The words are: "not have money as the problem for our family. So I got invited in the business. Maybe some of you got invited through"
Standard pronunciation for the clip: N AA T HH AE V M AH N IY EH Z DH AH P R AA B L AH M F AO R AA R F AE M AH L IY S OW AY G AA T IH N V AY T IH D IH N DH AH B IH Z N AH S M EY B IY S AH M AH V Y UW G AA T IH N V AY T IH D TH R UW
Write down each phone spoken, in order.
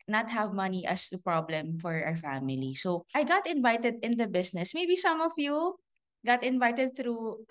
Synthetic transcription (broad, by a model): N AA T HH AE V M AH N IY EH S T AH P R AA B L AH M F AO R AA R F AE M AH L IY S OW AY G AA T IH N V AY T IH D IH N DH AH B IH S N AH S M EY B IY S AH M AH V Y UW G AA T IH N V AY T IH D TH R UW